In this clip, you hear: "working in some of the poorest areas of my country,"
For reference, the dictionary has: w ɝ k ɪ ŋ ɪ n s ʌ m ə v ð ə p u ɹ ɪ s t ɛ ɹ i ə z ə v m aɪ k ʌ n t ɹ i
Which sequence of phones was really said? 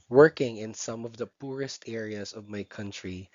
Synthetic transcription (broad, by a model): w ɝ k ɪ ŋ ɪ n s ʌ m ə v ð ə p u ɹ ɪ s t ɛ ɹ i ə z ə v m aɪ k ʌ n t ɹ i